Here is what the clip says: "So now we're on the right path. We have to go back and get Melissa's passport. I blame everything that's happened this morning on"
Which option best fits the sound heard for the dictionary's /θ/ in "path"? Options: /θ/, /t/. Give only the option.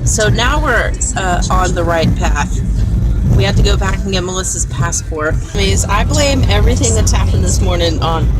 /θ/